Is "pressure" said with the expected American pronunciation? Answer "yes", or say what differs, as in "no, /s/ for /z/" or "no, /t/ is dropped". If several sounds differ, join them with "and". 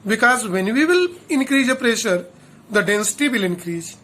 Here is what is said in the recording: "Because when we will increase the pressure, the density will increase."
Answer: yes